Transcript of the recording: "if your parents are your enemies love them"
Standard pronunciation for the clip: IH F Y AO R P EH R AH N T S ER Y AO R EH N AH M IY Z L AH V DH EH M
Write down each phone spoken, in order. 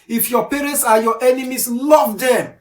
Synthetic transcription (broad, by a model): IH F Y AO P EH R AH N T S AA Y AO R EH N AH M IY S L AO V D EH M